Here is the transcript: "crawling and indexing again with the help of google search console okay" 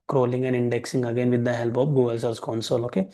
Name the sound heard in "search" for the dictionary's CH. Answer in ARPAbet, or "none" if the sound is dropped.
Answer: S